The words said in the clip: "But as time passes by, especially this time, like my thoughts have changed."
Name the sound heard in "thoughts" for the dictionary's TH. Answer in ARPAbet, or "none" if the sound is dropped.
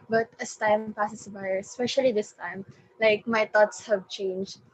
T